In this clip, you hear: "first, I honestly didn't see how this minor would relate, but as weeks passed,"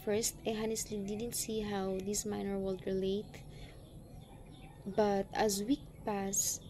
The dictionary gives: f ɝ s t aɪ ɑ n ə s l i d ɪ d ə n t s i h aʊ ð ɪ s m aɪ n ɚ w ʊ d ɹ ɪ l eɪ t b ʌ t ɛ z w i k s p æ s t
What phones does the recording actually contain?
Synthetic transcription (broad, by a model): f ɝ s t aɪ ɑ n ə s l i d ɪ d ə n t s i h aʊ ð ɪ s m aɪ n ɚ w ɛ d ɹ ɪ l eɪ t b ʌ t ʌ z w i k p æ s